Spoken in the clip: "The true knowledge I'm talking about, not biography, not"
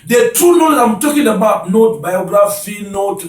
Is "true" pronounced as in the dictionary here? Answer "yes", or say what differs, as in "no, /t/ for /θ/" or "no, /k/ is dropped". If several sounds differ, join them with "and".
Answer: no, /ɹ/ is dropped